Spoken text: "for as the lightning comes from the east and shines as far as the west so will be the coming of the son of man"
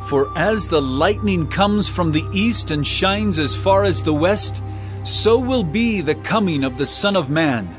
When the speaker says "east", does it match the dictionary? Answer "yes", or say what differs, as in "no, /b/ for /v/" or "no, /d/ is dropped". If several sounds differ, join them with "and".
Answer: yes